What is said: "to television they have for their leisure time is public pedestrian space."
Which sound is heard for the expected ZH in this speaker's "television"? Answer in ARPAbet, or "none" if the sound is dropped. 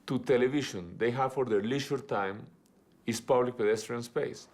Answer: SH